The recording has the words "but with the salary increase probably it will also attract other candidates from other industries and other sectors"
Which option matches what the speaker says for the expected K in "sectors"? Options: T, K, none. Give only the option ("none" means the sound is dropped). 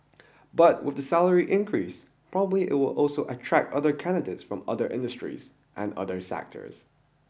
K